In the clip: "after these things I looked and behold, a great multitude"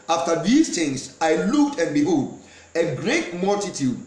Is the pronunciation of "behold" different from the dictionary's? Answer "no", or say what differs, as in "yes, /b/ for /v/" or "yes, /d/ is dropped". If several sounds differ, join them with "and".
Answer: yes, /l/ is dropped